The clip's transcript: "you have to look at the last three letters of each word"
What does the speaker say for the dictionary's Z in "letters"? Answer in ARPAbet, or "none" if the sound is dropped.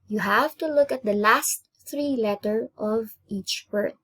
none